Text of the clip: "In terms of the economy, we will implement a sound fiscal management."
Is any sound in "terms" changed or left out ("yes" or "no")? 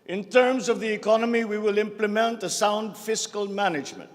no